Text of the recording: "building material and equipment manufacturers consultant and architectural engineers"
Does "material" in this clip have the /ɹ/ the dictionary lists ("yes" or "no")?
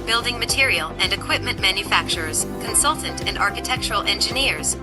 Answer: yes